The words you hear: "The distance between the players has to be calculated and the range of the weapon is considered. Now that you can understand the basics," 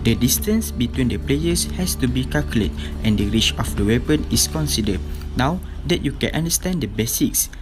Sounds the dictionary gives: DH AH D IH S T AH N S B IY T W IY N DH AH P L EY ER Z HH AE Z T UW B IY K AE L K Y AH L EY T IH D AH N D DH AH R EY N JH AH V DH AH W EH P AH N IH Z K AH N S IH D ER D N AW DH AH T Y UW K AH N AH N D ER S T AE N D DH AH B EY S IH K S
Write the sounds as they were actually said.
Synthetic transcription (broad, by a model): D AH D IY S T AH N S B IY T W IY N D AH P L EY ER S HH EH S T UW B IY K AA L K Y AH L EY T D AH N D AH R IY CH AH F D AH W EH P AH N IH S K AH N S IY D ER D N AW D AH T Y UW K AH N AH N D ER S T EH N D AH B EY S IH K S